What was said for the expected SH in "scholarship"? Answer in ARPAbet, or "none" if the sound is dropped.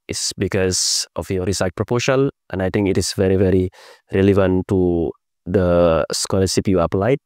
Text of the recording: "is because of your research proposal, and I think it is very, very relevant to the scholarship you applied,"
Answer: S